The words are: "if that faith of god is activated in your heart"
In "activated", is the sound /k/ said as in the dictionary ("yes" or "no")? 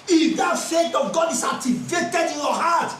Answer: no